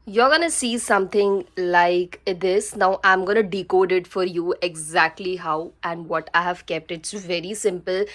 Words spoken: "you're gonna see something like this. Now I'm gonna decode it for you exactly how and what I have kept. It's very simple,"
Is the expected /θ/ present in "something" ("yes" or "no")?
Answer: no